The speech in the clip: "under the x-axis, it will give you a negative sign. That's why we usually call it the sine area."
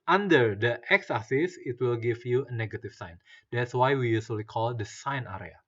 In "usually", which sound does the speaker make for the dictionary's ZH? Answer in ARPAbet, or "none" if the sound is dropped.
S